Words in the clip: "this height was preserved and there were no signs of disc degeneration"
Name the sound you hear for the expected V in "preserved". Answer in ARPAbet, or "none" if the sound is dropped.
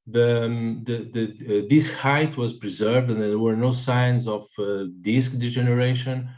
V